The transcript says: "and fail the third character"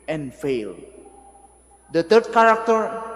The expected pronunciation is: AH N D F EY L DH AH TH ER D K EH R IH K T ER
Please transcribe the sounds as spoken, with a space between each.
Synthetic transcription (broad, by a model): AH N F EY L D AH T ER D K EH R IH K T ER